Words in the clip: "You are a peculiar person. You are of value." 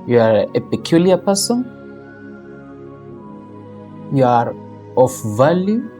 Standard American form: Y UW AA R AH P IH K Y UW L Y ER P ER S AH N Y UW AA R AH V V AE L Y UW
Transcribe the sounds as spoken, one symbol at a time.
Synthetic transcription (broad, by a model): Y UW AA R AH P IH K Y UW L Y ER P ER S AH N Y UW AA R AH F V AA L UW